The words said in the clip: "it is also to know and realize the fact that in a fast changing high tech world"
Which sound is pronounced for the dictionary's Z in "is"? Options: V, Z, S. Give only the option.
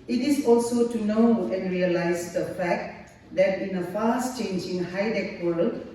S